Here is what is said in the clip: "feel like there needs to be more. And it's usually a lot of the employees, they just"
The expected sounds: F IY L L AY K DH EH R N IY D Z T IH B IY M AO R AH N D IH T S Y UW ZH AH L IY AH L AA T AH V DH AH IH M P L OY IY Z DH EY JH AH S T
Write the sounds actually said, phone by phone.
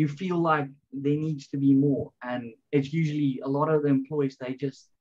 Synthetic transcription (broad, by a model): F IY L L AY K DH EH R N IY D Z T IH B IY M AO R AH N IH T S Y UW ZH AH L IY AH L AA T AH V DH AH IH M P L OY IY Z DH EY JH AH S T